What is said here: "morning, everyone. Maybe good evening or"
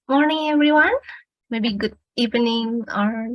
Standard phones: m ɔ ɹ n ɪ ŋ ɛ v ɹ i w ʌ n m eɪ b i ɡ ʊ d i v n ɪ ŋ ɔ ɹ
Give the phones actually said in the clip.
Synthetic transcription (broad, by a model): m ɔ ɹ n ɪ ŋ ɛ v ɹ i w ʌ n m eɪ b i ɡ ʊ d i p n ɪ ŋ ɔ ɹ